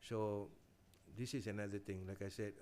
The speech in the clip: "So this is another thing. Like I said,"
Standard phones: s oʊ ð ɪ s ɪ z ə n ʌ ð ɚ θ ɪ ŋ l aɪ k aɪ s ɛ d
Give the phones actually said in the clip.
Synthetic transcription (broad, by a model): s oʊ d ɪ s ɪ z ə n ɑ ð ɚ t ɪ ŋ l aɪ k aɪ s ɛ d